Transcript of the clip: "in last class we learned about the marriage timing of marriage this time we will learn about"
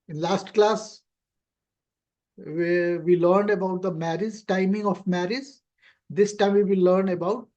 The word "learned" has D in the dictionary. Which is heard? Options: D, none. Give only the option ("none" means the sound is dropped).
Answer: D